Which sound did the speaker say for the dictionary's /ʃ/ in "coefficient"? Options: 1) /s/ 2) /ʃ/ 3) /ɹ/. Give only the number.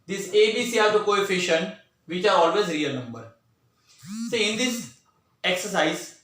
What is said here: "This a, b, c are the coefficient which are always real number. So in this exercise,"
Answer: 2